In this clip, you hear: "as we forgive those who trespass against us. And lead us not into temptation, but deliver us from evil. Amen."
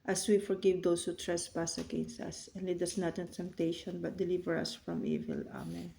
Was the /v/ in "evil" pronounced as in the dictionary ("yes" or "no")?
yes